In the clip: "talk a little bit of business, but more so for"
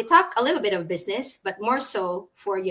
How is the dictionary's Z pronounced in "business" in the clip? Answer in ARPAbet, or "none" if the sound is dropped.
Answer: Z